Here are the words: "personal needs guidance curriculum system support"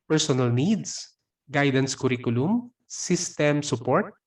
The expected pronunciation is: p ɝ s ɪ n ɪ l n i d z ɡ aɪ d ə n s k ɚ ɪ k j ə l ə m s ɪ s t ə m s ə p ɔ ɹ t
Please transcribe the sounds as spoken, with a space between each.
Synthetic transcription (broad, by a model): p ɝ s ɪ n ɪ l n i d s ɡ aɪ d ə n s k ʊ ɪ k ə l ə m s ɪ s t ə m s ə p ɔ ɹ t